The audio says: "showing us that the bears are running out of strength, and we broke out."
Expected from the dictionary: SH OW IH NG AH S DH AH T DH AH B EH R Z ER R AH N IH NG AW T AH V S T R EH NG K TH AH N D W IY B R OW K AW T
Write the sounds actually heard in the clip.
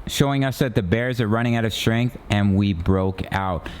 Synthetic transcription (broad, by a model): SH OW IH NG AH S DH AH T DH AH B EH R Z ER R AH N IH NG AW T AH V S T R EH NG K TH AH N W IY B R OW K AW T